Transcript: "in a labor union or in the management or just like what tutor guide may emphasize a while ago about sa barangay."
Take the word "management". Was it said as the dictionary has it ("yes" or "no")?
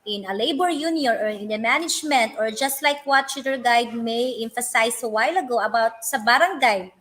yes